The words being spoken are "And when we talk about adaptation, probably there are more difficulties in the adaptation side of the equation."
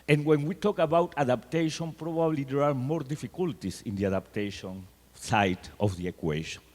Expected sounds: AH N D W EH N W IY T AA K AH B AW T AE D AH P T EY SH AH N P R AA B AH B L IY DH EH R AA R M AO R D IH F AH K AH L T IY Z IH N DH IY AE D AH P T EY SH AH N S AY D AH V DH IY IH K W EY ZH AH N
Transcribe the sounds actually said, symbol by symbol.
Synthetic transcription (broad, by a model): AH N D W EH N W IY T AA K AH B AW T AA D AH P T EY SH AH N P R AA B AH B L IY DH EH R AA R M AO R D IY F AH K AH L T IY S IH N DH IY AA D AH P T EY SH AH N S AY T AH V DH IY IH K W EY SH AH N